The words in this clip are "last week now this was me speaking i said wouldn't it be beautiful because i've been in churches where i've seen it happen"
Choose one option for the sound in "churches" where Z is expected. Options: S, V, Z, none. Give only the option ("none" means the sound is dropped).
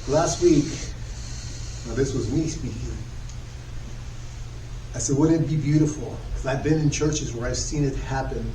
Z